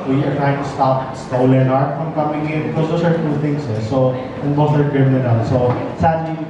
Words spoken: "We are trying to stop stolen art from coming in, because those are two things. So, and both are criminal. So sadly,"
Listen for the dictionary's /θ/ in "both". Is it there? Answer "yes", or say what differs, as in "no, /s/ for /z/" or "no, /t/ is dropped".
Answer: no, /s/ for /θ/